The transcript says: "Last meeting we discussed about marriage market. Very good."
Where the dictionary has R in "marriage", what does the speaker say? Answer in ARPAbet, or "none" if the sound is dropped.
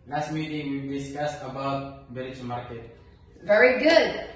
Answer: L